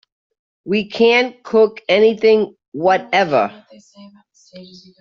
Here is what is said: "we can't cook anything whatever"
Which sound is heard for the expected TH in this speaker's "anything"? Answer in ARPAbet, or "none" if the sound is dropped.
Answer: TH